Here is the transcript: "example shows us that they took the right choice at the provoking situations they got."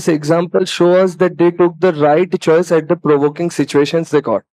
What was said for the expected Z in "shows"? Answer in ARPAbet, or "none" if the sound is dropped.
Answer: none